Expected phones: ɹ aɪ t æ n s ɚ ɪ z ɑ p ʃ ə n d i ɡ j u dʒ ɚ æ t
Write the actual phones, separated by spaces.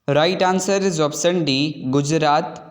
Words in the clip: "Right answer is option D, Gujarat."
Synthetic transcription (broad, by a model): ɹ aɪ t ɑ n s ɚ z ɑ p s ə n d i ɡ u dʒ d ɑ t